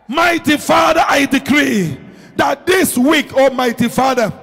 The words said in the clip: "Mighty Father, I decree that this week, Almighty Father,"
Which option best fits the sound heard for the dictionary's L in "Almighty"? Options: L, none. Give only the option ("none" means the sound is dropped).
none